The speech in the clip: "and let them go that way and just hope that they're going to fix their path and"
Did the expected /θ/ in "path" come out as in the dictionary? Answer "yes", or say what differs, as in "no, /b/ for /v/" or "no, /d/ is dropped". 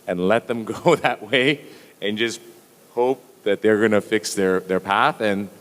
yes